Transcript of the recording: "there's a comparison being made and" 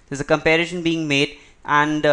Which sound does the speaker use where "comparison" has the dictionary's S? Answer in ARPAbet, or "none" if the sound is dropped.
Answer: SH